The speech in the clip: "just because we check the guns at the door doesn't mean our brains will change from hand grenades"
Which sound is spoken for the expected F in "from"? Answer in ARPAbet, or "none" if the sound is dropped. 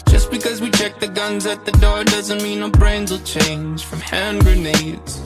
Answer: F